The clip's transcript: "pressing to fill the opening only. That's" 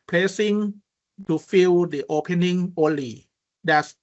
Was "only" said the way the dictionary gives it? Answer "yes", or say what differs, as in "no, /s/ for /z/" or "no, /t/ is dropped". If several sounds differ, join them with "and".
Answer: yes